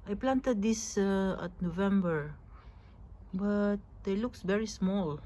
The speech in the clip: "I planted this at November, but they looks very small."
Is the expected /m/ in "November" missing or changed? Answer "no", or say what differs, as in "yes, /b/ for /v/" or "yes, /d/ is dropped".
no